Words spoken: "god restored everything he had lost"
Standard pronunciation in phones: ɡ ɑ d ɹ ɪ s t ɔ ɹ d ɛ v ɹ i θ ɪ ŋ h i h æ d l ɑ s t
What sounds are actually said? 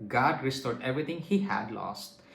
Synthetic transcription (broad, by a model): ɡ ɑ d ɹ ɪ s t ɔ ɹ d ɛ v ɹ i t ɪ ŋ h i h æ d l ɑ s t